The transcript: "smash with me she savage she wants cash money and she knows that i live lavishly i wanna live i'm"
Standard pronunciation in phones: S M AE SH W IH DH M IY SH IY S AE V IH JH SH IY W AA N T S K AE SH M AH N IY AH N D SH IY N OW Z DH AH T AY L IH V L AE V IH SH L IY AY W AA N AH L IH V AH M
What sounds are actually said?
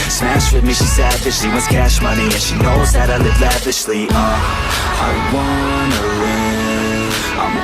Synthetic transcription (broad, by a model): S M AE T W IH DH M IY SH IY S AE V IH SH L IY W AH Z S K AE SH M AH N IY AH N SH IY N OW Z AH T AY L IH V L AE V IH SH L IY AY W AA N AH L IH AH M